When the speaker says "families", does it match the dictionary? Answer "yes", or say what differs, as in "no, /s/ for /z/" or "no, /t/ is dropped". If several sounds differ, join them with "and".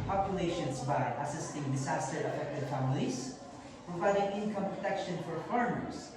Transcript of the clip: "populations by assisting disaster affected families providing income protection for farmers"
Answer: yes